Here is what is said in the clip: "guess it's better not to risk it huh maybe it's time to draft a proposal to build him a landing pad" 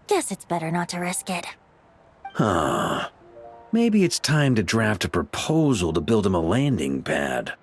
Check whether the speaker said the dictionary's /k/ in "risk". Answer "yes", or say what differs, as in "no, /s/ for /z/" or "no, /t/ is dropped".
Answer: yes